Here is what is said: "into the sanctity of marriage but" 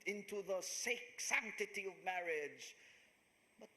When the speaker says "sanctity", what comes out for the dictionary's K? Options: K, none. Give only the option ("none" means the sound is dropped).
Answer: K